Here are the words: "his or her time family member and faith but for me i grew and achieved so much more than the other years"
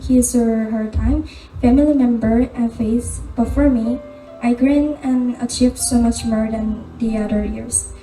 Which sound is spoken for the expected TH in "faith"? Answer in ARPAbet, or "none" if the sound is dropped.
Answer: S